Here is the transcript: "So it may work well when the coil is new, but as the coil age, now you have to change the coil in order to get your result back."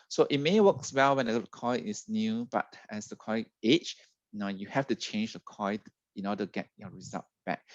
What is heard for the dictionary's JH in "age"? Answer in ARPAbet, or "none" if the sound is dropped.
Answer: CH